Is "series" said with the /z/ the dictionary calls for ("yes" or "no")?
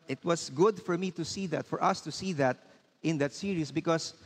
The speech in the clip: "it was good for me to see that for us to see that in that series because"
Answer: no